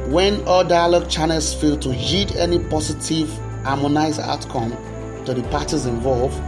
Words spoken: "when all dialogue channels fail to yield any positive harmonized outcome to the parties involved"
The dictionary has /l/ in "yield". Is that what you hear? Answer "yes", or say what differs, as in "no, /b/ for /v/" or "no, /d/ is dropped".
no, /l/ is dropped